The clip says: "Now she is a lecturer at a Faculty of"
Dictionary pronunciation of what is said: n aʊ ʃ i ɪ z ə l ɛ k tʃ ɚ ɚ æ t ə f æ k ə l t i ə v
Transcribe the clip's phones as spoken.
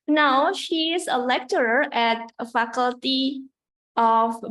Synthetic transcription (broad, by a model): n aʊ ʃ i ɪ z ə l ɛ k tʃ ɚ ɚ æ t ə f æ k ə l t i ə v